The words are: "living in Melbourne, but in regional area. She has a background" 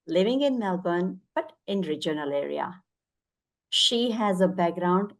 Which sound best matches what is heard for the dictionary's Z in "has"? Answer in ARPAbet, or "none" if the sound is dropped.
Z